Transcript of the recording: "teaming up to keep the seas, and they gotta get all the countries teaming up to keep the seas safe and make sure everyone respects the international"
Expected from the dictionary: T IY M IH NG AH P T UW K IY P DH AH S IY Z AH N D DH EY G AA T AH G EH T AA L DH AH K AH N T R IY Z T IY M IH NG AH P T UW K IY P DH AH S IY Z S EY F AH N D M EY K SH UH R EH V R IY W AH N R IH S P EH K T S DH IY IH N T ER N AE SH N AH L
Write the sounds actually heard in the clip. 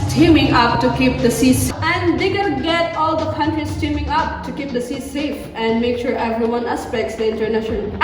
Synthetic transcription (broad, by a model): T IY M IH NG AH P T UW K IY P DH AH S IY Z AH N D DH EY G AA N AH G EH T AA L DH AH K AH N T R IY S T IY M IH NG AH P T UW K IY P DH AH S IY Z S EY F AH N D M EY K SH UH R EH V R IY W AH N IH S P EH K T S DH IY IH N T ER N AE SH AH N